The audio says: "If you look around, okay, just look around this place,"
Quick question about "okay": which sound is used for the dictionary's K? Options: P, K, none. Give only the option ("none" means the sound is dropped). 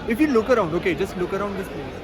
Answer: K